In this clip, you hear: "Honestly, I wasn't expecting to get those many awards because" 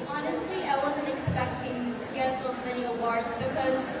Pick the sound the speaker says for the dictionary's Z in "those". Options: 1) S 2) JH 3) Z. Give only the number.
3